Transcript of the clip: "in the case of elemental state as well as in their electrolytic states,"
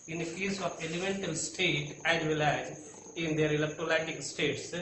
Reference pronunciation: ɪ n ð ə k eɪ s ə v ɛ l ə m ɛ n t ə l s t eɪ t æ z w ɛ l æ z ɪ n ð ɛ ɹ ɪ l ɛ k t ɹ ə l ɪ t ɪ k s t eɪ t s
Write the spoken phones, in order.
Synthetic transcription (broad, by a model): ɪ n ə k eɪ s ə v ɛ l ə m ɛ n t ə l s t eɪ t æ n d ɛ l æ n ɪ n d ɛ ɹ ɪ l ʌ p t ə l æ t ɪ k s t eɪ t s